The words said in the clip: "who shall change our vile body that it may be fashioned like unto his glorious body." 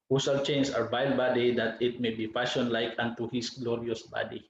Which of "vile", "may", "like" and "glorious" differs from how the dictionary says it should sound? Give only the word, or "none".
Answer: vile